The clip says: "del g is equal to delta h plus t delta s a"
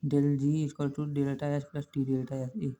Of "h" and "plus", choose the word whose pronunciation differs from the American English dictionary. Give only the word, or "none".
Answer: h